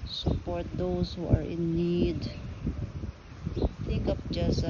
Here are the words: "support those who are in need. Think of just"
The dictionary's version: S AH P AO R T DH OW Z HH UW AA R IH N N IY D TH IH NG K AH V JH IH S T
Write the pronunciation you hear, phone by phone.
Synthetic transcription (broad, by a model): S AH P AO R T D OW S HH UW AA R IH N N IY D T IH K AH P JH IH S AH